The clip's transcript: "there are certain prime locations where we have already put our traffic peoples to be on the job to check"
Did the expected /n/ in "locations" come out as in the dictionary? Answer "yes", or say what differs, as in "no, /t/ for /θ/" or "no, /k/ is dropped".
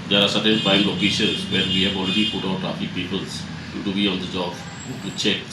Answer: no, /n/ is dropped